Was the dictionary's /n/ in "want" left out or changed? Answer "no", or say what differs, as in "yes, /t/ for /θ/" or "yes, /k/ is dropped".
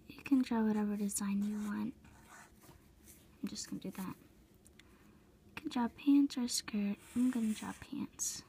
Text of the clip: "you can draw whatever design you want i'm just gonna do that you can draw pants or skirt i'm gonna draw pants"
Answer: no